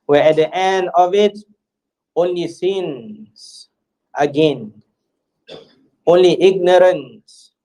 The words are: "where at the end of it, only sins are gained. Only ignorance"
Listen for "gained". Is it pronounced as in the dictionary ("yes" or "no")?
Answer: no